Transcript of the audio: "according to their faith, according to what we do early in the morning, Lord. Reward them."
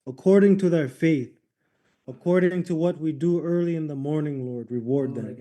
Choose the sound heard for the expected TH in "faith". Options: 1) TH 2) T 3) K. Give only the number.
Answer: 1